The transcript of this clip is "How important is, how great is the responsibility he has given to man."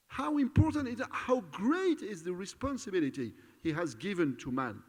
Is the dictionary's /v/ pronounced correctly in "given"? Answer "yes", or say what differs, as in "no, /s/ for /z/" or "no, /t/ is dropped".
yes